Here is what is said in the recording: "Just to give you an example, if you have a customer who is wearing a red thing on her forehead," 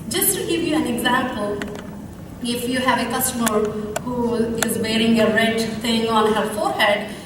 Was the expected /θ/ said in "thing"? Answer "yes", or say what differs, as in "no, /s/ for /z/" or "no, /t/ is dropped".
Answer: no, /t/ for /θ/